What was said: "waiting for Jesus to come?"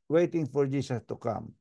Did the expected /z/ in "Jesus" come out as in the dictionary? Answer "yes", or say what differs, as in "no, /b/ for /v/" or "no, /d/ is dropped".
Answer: no, /s/ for /z/